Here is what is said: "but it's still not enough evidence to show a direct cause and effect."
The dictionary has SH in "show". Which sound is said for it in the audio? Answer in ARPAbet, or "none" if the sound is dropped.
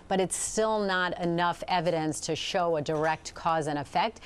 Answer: SH